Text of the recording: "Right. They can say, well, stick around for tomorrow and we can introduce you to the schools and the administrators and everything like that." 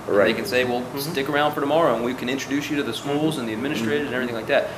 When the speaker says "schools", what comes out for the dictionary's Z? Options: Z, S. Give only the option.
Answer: Z